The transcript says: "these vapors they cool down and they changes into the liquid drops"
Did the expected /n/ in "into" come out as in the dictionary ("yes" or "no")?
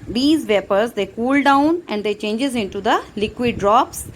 yes